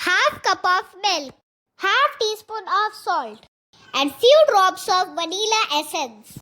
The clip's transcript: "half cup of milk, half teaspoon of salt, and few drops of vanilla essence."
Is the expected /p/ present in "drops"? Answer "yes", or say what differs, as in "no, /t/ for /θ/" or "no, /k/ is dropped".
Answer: no, /b/ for /p/